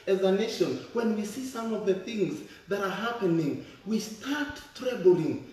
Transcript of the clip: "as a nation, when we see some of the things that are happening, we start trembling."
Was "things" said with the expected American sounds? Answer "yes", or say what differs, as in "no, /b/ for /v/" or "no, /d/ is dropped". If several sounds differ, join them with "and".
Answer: yes